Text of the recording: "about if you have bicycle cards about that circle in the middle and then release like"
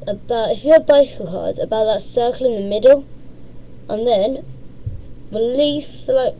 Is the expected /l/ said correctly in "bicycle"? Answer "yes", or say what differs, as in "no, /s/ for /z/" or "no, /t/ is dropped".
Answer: yes